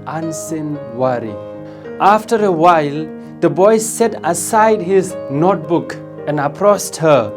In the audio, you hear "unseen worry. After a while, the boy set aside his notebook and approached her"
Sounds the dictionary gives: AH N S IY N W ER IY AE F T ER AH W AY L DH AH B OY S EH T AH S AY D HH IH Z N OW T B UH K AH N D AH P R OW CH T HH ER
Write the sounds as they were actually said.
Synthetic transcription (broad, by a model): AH N S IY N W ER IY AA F T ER AH W AY L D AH B OY S EH T AH S AY D HH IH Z N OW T B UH K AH N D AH P R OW S T HH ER